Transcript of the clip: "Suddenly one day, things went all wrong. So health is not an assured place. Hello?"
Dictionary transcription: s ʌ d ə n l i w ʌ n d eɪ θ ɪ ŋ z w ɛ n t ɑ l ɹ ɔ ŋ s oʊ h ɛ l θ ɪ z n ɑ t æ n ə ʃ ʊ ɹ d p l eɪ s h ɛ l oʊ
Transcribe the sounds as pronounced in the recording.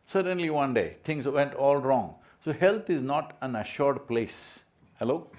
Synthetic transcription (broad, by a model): s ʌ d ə n l i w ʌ n d eɪ t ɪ ŋ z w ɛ n t ɑ l ɹ ɔ ŋ s oʊ h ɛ l t ɪ z n ɑ t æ n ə ʃ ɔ ɹ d p l eɪ s h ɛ l oʊ